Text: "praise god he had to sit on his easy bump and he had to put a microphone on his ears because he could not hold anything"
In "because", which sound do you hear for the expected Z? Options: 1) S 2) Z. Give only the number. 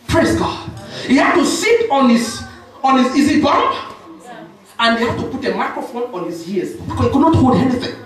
1